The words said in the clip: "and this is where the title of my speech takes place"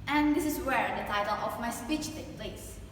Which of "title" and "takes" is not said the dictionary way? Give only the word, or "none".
takes